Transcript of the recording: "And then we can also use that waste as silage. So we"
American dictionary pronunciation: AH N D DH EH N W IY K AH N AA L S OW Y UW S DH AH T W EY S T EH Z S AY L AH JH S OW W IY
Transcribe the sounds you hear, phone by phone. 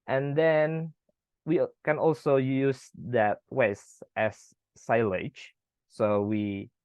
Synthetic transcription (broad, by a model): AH N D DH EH N W IY K AH N AA L S OW Y UW S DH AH T W EY S T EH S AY L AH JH S OW W IY